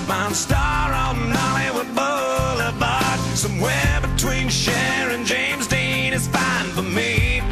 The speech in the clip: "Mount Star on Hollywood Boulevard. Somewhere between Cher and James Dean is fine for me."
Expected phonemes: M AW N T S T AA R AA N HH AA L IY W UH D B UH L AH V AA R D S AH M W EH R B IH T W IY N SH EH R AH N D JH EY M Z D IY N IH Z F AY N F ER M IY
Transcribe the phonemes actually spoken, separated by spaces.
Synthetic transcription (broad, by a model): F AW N S T AA R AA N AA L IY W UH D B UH L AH B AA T S AH M W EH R B IH T W IY N SH EH R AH N JH EY M Z D IY N IH Z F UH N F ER M IY